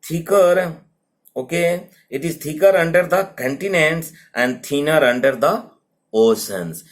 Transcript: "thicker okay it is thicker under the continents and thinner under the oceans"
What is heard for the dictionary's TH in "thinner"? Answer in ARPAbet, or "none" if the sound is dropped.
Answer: T